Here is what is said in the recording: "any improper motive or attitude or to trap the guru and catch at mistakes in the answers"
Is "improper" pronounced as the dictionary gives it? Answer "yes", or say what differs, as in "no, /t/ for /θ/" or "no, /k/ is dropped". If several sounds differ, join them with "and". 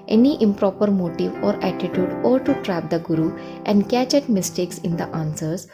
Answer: yes